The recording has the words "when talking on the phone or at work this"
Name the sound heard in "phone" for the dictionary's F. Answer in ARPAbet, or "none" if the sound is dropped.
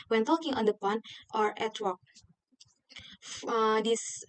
P